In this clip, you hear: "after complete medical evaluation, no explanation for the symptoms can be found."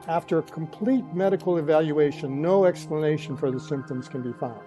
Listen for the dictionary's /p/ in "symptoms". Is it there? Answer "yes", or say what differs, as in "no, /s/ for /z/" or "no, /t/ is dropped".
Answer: yes